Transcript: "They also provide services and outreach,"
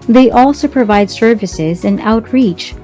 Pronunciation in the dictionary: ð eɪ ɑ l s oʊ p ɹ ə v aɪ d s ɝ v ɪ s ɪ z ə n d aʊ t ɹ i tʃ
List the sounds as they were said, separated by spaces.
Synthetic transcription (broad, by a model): ð eɪ ɑ l s oʊ p ɹ ə v aɪ d s ɝ v ɪ s ɪ z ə n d aʊ t ɹ i tʃ